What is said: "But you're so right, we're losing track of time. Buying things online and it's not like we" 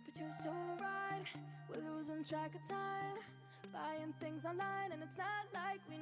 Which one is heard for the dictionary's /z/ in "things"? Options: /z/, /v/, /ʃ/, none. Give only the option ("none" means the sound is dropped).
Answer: /z/